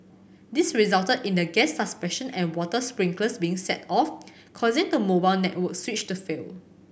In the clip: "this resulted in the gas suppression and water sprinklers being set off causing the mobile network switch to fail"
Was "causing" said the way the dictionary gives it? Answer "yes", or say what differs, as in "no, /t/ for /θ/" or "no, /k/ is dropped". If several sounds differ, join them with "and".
yes